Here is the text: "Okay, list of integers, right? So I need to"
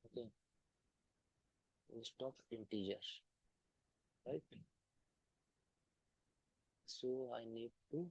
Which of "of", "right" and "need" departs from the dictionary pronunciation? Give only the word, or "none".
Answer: of